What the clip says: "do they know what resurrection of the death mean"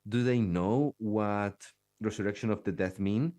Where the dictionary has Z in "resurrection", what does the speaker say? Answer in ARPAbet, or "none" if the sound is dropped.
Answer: S